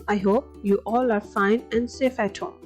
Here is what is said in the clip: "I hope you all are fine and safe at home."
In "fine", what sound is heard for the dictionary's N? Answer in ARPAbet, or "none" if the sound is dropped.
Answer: N